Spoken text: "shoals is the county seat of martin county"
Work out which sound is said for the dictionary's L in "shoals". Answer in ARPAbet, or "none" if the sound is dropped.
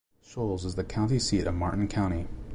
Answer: L